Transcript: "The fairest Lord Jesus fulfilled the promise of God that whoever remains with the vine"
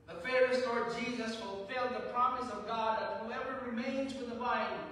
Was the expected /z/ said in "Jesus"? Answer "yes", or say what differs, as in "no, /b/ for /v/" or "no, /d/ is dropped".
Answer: yes